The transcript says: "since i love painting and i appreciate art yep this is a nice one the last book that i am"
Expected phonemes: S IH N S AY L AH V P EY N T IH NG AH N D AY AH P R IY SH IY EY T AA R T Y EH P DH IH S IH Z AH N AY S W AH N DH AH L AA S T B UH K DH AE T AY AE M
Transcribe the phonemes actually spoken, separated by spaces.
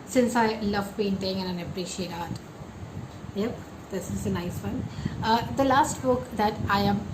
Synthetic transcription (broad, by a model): S IH N S AY L AH V B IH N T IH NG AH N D AY AH P R IY SH IY EY T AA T Y EH P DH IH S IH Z AH N AY S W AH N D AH L AA S T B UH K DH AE T AY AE M